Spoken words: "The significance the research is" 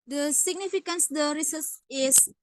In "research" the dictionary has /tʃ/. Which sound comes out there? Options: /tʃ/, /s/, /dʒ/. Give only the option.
/s/